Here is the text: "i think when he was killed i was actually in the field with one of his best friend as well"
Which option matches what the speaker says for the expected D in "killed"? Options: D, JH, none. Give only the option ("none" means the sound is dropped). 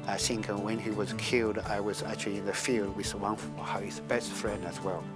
D